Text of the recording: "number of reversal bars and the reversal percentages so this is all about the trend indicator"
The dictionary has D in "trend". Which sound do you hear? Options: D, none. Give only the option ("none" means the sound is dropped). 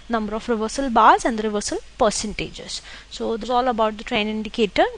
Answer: none